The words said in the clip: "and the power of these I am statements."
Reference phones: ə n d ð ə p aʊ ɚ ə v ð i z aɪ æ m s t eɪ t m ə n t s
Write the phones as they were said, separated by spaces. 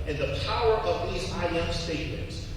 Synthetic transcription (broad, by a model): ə n ð ə p aʊ ɚ ə v ð i z aɪ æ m s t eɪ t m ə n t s